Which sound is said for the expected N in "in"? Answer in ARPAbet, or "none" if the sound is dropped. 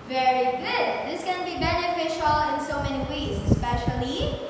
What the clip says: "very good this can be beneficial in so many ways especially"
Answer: N